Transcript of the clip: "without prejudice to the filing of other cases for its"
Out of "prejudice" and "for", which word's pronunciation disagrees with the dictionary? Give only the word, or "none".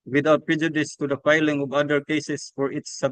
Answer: none